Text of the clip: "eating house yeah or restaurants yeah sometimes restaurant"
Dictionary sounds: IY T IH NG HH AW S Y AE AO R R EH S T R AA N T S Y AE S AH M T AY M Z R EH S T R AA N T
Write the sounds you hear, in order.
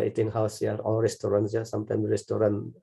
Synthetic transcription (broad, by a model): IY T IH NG HH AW S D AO L R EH S T R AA N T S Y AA S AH M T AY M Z R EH S T R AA N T